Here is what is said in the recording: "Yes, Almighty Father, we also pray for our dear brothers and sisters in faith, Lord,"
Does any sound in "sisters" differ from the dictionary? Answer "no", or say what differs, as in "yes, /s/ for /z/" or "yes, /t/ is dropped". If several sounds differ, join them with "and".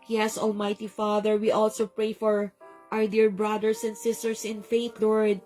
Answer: yes, /s/ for /z/